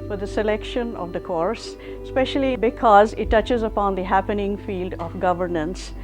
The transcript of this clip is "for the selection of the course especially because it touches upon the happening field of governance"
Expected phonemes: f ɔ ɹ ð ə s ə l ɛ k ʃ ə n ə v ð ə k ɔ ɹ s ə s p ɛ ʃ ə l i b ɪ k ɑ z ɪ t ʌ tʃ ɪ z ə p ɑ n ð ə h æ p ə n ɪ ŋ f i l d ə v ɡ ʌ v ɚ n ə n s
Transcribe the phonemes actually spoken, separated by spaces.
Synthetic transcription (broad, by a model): f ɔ ɹ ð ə s ə l ɛ k ʃ ə n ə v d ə k ɔ ɹ s s p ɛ ʃ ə l i b ɪ k ɑ z ɪ t ʌ tʃ ɪ z ə p ɑ n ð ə h æ p ə n ɪ ŋ f i l d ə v ɡ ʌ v ɚ n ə n s